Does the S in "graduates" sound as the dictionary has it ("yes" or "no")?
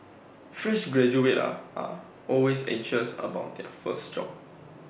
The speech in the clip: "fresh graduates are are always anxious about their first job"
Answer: no